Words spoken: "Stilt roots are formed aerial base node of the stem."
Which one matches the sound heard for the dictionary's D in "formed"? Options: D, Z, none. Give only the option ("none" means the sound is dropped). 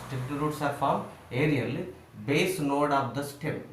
none